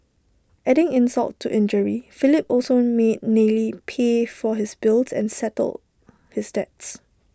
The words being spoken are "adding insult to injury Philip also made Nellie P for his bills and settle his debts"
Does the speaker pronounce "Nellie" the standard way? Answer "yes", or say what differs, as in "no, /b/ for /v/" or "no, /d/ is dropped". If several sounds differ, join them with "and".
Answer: yes